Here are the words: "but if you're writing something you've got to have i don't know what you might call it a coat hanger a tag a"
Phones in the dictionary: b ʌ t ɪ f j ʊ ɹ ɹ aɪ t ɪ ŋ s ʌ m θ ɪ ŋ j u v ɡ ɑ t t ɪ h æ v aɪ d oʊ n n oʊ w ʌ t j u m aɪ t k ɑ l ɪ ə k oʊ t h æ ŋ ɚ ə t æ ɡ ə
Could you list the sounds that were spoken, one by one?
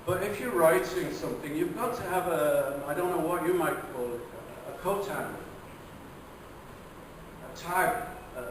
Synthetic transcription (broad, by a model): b ʌ t ɪ f j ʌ ɹ ɹ aɪ t ɪ ŋ s ʌ m θ ɪ ŋ j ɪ v ɡ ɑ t t ɪ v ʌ aɪ d oʊ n n oʊ w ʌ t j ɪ m aɪ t k ɑ l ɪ ə k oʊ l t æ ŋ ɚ ə t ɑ ə